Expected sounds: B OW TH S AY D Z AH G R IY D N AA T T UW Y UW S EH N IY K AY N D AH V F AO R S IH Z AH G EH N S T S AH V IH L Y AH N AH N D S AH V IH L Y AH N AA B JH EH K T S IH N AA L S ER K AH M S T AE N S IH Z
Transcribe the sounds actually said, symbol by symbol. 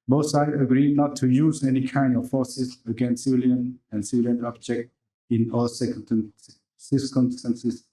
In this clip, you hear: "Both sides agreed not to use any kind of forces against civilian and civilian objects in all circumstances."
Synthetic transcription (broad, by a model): B OW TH S AY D AH G R IY D N AA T T UW Y UW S EH N IY K AY N D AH F F AO S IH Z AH G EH N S S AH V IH L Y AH N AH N S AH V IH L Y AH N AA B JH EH K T IH N AA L S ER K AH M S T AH N S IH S